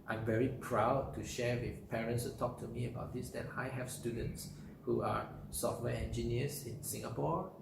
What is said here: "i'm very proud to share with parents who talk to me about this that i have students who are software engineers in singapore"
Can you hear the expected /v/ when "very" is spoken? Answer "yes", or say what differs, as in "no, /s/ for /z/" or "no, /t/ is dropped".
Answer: yes